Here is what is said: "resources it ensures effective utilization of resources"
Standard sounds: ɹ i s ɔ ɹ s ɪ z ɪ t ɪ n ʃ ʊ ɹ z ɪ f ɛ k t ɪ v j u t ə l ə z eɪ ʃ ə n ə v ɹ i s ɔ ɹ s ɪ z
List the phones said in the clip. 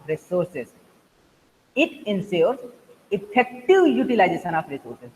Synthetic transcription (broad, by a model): ɹ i s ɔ ɹ s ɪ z ɪ t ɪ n s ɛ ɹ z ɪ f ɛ k t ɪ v j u t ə l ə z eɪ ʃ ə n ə f ɹ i s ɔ ɹ s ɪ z